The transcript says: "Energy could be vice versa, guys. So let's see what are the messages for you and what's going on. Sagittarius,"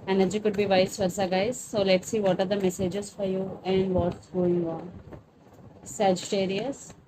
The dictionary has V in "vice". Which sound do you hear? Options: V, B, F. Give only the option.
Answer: V